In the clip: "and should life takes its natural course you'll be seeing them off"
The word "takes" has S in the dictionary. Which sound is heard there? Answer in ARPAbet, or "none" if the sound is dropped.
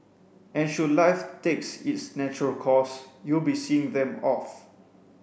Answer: S